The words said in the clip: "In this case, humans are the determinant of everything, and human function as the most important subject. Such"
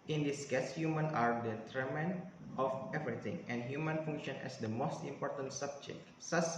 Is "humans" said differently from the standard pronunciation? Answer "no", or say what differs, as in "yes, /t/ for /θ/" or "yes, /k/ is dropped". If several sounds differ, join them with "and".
yes, /z/ is dropped